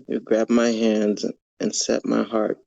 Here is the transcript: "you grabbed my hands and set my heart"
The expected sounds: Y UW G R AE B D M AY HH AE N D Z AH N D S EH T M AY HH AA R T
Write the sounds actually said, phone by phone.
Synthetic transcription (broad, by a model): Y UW G R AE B M AY HH AE N D Z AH N S EH T M AY HH AA R T